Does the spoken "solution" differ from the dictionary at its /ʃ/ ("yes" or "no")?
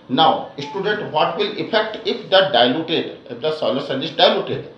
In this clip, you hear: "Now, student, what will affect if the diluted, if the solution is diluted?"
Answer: yes